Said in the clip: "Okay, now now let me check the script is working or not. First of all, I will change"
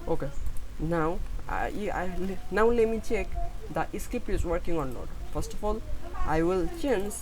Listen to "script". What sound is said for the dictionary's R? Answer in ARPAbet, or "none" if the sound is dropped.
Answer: none